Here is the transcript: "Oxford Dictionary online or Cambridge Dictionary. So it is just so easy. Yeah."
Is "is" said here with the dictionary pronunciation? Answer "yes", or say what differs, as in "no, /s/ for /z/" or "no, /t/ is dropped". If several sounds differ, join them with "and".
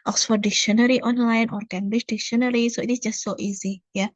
no, /s/ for /z/